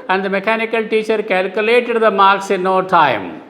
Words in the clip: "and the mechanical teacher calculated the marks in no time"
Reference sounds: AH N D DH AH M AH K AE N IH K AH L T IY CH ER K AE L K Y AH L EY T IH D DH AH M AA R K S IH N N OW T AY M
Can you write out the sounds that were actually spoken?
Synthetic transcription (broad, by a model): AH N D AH M AH K AE N IH K AH L T IY CH ER K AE L K Y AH L EY T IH D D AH M AA R K S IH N N OW T AY M